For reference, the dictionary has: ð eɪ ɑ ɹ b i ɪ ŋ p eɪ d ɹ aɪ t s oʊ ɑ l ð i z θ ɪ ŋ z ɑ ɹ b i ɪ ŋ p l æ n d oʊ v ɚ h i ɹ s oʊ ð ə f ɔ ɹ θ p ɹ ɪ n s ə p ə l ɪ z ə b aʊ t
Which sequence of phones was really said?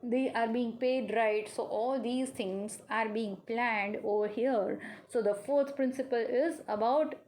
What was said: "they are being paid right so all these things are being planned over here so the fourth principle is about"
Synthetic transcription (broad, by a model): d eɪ ɑ ɹ b i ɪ ŋ p eɪ d ɹ aɪ t s oʊ ɑ l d i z t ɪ ŋ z ɑ ɹ b i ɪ ŋ p l æ n d oʊ v ɚ h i ɹ s oʊ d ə f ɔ ɹ t p ɹ ɪ n s ə p ə l ɪ z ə b aʊ t